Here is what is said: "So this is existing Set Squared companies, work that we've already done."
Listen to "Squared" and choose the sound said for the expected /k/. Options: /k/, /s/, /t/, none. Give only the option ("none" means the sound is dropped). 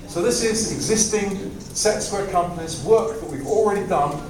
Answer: none